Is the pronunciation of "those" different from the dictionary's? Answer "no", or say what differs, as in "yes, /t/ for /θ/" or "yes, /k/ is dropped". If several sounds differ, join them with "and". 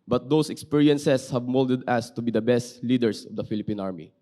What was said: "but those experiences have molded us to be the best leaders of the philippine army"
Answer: yes, /s/ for /z/